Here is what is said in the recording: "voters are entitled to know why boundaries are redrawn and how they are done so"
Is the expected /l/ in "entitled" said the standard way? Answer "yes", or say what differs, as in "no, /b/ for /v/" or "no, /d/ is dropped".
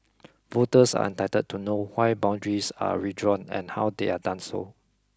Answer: no, /l/ is dropped